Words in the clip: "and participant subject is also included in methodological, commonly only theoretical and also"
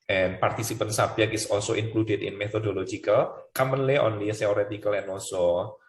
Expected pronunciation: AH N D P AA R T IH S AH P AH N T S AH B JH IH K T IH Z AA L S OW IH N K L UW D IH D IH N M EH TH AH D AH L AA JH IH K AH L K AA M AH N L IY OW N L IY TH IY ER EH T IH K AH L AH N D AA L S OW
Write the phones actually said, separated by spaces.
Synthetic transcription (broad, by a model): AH N P AA R T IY S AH P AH N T S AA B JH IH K IH S AA L S OW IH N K L UW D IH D IH N M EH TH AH D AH L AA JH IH K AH L K AA M AH N L IY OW N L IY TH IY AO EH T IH K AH L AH N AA L S OW